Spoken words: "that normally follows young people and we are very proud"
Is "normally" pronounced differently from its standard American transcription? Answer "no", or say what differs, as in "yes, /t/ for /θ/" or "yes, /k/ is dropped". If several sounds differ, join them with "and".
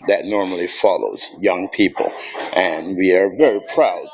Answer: no